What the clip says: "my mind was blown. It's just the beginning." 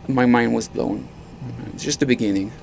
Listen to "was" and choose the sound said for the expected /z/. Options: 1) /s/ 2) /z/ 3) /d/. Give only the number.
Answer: 2